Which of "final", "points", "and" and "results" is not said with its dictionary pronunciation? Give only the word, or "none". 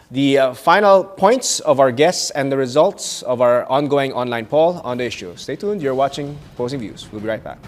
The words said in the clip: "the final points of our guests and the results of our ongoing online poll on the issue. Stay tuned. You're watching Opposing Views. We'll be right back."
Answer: none